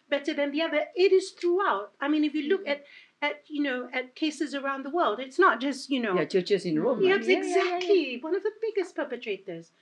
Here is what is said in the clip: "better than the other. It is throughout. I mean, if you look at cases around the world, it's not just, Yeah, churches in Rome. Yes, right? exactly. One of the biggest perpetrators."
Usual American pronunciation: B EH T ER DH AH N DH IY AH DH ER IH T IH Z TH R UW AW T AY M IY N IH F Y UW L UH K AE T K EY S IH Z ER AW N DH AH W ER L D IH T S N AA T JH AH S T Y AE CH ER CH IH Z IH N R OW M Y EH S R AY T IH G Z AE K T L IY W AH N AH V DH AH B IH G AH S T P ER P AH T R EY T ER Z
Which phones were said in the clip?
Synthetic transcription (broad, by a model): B EH T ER DH AH N DH IY AH DH ER IH T IH Z TH R UW AW T AY M IY N IH F Y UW L UH K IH T K EY S IH Z ER AW N DH AH W ER L D IH T S N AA T JH AH S T Y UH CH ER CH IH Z IH N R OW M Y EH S IH G Z AE K T L IY W AH N AH V DH AH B IH G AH S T P ER P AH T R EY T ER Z